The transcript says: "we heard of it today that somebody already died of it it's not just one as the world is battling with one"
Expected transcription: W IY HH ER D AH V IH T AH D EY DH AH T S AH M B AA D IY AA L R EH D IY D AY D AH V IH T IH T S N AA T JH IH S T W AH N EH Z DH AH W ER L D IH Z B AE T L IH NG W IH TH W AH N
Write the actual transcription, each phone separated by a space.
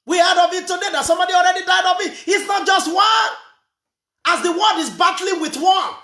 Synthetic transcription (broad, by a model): W IY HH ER D AH V IH T AH D EY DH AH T S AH M B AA D IY AA L R EH D IY D AY D AH V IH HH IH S N AA T JH IH S T W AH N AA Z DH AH W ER D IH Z B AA T L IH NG W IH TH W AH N